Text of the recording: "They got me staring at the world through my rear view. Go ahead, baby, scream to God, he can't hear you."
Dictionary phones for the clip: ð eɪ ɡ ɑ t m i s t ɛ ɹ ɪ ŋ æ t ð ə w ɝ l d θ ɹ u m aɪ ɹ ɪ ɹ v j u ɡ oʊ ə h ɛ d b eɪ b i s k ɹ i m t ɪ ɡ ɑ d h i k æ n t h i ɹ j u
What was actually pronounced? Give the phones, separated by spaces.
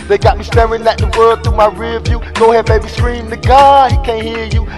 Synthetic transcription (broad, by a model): ð eɪ ɡ ɑ t m i s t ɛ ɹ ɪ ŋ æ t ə w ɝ d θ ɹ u m aɪ ɹ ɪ v j u ɡ oʊ ə h ɛ d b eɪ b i s k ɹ i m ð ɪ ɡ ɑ h i k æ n h i ɹ j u